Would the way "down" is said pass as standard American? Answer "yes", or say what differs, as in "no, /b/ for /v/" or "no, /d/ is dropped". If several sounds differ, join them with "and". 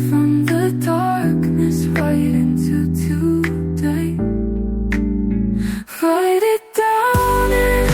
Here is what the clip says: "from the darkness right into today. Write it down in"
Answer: no, /n/ is dropped